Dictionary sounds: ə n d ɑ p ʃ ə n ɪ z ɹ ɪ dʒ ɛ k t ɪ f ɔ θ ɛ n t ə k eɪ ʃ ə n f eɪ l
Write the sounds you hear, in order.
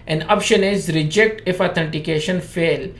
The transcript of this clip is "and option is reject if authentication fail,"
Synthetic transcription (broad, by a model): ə n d ɑ p ʃ ə n ɪ z ɹ ɪ dʒ ɛ k t ɪ f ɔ t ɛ n t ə k eɪ ʃ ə n f eɪ l